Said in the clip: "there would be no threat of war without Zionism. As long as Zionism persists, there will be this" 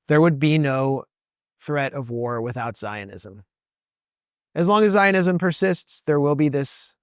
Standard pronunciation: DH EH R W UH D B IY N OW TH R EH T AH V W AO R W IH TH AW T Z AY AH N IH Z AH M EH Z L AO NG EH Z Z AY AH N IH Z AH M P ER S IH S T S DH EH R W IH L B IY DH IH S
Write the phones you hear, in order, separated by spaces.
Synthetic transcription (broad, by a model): DH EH R W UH D B IY N OW TH R EH T AH V W AO R W IH TH AW T Z AY AH N IH Z AH M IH Z L AO NG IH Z Z AY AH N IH Z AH M P ER S IH S T S DH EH R W IH L B IY DH IH S